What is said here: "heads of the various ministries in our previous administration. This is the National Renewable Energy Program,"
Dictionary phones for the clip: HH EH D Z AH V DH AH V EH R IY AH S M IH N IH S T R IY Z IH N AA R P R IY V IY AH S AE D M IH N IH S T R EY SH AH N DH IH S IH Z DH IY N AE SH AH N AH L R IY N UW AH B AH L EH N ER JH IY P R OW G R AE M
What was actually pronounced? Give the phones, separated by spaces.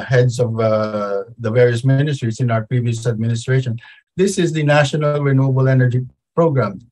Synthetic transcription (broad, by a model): HH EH D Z AH V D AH V EH R IY AH S M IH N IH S T R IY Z IH N AA R P R IY V IY AH S AE D M IH N IH S T R EY SH AH N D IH S IH Z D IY N AE SH AH N AH L R IY N UW AH B AH L EH N ER JH IY P R OW G R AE M